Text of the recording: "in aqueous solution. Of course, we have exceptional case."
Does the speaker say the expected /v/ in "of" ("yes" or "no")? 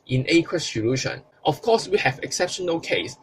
no